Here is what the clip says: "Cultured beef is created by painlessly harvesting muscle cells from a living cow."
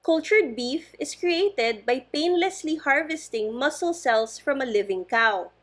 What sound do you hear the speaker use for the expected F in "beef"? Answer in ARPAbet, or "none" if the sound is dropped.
F